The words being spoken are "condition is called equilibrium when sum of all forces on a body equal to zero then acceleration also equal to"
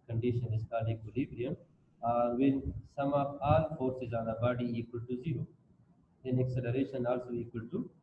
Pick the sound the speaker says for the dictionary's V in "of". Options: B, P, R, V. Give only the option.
P